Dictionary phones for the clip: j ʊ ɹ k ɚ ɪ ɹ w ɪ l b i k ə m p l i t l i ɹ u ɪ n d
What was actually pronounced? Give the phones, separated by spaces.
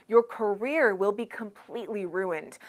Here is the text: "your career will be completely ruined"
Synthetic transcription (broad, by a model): j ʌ ɹ k ɚ ɪ ɹ w ɪ l b i k ə m p l i t l i ɹ u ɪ n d